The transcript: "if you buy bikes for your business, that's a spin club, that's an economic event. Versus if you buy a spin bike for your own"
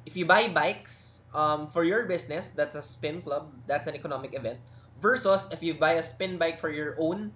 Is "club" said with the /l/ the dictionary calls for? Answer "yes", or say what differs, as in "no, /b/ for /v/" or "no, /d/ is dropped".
yes